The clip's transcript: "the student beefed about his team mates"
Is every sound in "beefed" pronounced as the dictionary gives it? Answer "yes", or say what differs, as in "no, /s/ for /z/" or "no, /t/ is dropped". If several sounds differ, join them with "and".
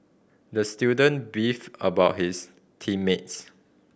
no, /t/ is dropped